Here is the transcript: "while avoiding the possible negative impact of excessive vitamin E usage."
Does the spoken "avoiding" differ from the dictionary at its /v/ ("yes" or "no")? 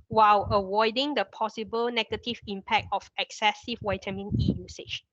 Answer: yes